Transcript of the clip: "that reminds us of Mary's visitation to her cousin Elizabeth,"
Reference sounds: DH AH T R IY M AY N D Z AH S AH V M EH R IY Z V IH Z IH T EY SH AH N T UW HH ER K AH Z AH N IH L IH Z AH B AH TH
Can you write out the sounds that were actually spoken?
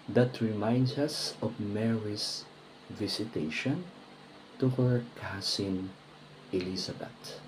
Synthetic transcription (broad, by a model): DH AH T R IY M AY N D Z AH S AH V M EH R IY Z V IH S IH T EY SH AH N T UW HH ER K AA S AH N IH L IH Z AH B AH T